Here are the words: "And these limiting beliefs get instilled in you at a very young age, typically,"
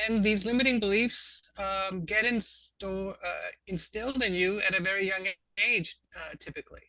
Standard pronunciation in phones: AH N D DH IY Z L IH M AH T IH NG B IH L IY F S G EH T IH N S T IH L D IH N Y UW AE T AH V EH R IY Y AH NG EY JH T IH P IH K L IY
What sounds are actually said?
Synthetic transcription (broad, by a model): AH N DH IY Z L IH M AH T IH NG B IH L IY F S G EH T IH N S T IH L D IH N Y UW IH T AH V EH R IY Y AH NG EY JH T IH P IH K L IY